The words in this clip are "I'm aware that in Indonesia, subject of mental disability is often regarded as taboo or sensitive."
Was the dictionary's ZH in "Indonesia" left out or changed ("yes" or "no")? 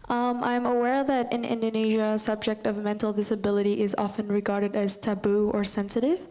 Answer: no